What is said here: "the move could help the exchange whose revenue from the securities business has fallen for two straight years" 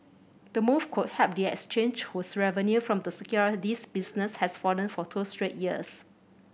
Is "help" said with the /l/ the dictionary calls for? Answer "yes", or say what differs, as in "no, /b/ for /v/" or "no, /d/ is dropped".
no, /l/ is dropped